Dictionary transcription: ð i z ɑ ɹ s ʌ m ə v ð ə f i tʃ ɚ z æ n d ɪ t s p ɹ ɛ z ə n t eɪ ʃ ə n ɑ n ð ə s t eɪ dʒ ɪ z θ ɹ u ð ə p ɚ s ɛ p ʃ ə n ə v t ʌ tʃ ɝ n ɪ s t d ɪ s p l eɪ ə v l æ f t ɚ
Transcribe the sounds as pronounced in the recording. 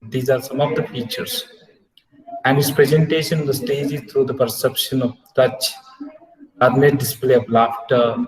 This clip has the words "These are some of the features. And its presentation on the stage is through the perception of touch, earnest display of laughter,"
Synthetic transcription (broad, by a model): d i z ɑ ɹ s ʌ m ə v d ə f i tʃ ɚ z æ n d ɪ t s p ɹ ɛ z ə n t eɪ ʃ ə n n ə s t eɪ dʒ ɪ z t ɹ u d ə p ɚ s ɛ p ʃ ə n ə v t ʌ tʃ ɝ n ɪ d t d ɪ s p l eɪ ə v l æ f t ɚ